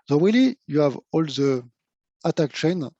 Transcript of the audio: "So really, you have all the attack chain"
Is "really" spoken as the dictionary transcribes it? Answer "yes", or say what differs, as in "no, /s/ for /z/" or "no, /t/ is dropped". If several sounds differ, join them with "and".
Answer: no, /w/ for /ɹ/